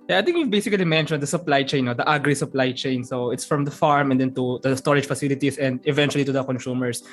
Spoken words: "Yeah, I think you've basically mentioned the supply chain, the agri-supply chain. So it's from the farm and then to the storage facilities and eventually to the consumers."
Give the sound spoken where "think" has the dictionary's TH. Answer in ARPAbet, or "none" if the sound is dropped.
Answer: T